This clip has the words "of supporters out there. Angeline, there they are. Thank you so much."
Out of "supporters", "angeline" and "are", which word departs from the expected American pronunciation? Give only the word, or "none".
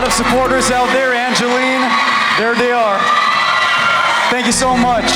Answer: none